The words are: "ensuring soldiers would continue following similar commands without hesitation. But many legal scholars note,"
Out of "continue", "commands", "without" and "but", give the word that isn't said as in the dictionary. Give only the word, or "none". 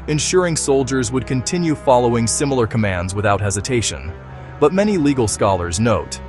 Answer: none